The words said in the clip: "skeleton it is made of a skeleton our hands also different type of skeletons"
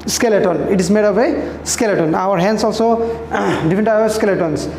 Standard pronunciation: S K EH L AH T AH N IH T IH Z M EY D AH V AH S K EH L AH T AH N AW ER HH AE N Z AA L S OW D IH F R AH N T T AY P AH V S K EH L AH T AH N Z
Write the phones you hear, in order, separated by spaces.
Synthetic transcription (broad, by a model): S K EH L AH T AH N IH T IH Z M EY D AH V AH S K EH L AH T AH N AW ER HH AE N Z AA L S OW D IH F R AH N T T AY AH S K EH L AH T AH N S